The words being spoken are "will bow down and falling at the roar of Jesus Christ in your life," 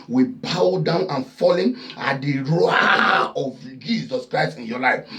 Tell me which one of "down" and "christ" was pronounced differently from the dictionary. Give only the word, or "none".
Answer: none